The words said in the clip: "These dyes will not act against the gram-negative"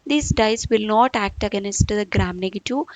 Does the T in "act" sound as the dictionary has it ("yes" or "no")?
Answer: yes